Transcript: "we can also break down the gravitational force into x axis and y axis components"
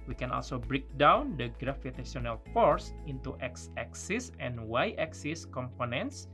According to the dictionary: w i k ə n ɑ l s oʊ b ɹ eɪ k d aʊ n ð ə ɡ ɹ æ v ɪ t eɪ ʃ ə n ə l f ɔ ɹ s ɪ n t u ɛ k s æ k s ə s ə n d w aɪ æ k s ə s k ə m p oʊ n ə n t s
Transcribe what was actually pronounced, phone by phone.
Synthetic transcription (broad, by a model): w i k ə n ɑ l s oʊ b ɹ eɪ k d aʊ n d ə ɡ ɹ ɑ f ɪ t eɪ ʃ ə n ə l f ɔ ɹ s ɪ n t u ɛ k s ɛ k s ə s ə n w aɪ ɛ k s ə s k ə m p oʊ n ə n t s